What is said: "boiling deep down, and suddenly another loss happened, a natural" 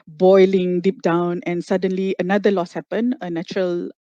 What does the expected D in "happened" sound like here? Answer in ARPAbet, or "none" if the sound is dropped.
none